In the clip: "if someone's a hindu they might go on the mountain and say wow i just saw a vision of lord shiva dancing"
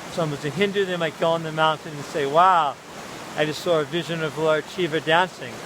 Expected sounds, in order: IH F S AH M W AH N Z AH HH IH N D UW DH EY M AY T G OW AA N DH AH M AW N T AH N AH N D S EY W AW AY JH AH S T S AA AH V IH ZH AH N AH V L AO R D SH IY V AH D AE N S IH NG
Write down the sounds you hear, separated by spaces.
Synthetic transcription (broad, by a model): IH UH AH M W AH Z AH HH IH N D UW DH EY M AY T G OW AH N DH AH M AW N T AH N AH N S EY W AW AY JH AH S T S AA AH V IH ZH AH N AH V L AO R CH IY V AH D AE N S IH NG